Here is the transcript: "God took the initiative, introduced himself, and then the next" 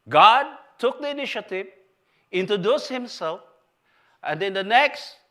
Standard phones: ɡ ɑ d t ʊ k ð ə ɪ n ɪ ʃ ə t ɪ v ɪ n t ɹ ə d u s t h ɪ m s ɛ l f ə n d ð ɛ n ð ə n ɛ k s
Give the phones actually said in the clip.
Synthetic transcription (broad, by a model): ɡ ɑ d t ʊ k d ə ɪ n ɪ ʃ ə t ɪ v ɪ n t ə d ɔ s h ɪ m s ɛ l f ə n d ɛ n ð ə n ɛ k s